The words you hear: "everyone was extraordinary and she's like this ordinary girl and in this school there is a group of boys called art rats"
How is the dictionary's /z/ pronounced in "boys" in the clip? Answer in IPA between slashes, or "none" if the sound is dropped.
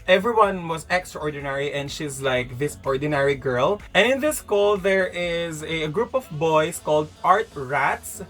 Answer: /s/